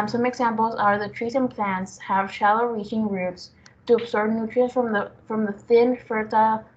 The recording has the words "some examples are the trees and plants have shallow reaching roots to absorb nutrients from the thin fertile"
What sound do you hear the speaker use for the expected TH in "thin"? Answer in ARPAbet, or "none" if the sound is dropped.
TH